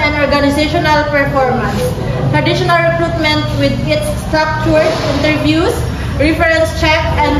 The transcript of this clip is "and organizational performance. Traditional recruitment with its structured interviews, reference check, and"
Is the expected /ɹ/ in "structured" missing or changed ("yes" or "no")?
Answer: yes